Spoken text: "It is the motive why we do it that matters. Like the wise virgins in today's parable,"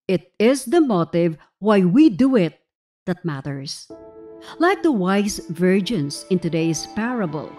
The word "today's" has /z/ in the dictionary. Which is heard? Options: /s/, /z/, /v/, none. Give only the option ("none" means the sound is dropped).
/s/